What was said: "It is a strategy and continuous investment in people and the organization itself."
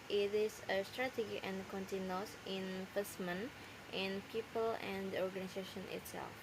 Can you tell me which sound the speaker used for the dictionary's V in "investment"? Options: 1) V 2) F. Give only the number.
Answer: 2